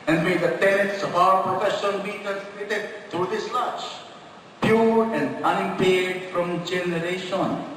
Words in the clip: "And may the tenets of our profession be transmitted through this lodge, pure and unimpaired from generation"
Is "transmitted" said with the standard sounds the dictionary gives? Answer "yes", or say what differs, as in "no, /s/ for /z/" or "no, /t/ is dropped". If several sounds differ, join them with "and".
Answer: no, /ɹ/ is dropped